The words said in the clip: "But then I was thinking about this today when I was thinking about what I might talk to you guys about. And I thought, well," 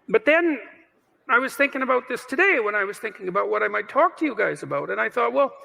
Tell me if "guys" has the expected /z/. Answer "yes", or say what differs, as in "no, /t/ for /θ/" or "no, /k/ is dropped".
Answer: yes